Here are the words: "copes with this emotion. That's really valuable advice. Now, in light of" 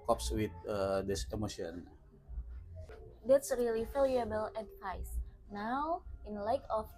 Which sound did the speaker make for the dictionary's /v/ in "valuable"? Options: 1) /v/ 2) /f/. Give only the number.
2